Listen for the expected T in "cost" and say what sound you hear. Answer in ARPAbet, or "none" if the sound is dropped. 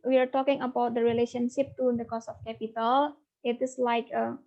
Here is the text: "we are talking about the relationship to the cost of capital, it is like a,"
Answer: none